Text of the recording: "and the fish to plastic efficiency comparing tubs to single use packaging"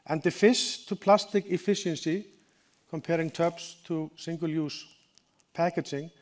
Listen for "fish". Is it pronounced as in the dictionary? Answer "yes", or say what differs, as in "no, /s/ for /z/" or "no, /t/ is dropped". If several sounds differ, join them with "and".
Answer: no, /s/ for /ʃ/